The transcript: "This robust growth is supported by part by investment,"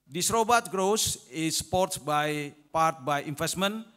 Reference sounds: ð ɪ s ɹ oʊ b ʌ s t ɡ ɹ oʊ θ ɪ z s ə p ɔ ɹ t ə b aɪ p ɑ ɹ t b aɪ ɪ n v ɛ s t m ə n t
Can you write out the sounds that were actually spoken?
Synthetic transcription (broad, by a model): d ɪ s ɹ oʊ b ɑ t ɡ ɹ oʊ s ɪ s p ɔ ɹ t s b aɪ p ɑ ɹ t b aɪ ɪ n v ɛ s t m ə n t